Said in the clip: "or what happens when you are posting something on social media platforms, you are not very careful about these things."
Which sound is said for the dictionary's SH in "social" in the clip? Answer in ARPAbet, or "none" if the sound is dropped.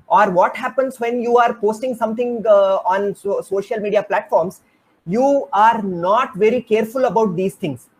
SH